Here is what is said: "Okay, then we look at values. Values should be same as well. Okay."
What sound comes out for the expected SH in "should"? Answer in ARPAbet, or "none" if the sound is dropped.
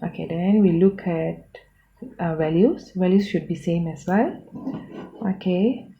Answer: SH